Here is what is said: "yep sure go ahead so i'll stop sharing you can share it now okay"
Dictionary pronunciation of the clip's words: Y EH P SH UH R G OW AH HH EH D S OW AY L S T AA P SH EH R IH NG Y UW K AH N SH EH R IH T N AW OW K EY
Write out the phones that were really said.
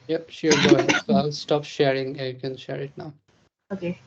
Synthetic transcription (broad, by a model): Y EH P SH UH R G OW S OW AY L S T AA P SH EH R IH NG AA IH K AH N SH EH R IH T N AW OW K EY